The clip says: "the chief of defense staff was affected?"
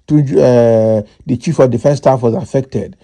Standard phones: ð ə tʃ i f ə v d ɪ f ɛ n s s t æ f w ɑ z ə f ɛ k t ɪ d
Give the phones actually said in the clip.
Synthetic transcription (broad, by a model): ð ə tʃ i f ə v d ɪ f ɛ n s s t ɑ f w ɑ z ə f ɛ k t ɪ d